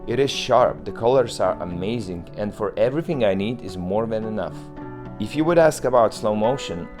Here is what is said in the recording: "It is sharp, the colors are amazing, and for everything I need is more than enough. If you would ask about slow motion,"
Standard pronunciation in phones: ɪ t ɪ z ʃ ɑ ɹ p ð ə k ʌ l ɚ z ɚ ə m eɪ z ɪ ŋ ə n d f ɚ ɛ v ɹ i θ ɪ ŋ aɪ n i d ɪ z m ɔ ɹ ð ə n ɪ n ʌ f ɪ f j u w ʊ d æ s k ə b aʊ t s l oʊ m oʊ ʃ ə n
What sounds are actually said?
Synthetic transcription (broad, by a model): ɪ t ɪ z ʃ ɑ ɹ p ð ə k ʌ l ɚ z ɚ ə m eɪ z ɪ ŋ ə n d f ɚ ɛ v ɹ i θ ɪ ŋ aɪ n i d ɪ z m ɔ ɹ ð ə n ɪ n ʌ f ɪ f j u w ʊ d æ s k ə b aʊ t s l oʊ m oʊ ʃ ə n